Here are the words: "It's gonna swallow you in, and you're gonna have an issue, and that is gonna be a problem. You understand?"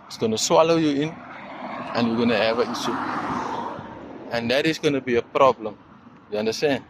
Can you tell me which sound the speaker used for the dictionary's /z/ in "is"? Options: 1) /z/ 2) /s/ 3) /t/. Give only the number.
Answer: 2